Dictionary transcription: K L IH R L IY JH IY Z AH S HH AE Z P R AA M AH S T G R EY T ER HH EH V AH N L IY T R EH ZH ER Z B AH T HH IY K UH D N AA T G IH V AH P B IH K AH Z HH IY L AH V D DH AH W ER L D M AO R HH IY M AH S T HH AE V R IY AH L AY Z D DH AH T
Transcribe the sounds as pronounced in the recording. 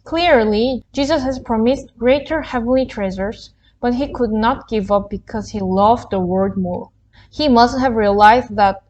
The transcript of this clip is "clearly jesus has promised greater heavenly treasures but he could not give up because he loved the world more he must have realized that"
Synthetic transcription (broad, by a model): K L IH R L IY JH IY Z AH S HH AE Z P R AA M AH S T G R EY T ER HH EH V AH N L IY T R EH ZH ER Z B AH T HH IY K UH D N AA T G IH V AH P B IH K AH Z HH IY L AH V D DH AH W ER D M AO R HH IY M AH S T HH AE V R IY AH L AY Z D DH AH T